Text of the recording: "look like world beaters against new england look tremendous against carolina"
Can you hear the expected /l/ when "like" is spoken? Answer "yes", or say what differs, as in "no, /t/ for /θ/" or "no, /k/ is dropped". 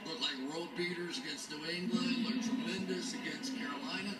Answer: yes